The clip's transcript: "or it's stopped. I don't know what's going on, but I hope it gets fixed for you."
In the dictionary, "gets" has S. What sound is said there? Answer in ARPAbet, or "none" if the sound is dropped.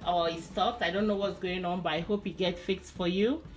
none